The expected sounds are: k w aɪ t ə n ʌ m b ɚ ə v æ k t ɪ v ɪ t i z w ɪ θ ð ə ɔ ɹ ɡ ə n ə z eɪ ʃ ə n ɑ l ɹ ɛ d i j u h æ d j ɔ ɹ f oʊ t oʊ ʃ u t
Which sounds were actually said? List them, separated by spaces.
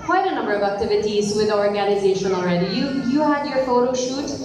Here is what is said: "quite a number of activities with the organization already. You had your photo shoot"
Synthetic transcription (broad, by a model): k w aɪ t ə n ʌ m b ɚ ə v æ k t ɪ v ɪ t i z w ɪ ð ɔ ɹ ɡ ə n ə z eɪ ʃ ə n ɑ l ɹ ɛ d i j u h æ d j ɔ ɹ f oʊ t oʊ ʃ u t